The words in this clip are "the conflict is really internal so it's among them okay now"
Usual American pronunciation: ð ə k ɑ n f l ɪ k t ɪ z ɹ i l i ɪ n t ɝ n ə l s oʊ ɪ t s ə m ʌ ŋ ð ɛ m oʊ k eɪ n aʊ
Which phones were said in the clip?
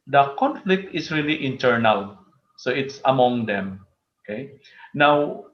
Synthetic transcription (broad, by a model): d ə k ɑ n f l ɪ k t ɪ s ɹ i l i ɪ n t ɝ n ə l s oʊ ɪ t s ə m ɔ ŋ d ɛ m oʊ k eɪ n aʊ